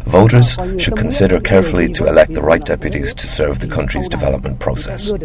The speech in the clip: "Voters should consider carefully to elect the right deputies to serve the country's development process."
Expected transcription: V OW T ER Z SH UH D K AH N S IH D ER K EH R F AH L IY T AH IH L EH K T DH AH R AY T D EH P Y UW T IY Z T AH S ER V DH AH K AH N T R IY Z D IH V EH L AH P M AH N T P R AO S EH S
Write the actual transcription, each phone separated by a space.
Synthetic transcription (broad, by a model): V OW T ER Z SH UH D K AH N S IH D ER K EH R F AH L IY T AH IH L EH K T DH AH R AY T D EH P Y UW T IY Z T AH S ER V DH AH K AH N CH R IY Z D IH V EH L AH P M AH N P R AO S EH S